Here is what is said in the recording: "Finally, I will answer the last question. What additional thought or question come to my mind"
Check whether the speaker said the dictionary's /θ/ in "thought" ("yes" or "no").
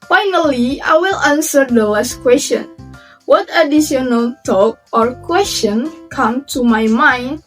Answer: no